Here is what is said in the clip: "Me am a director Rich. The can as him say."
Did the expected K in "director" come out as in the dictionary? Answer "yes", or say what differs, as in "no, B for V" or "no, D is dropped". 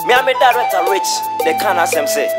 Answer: no, K is dropped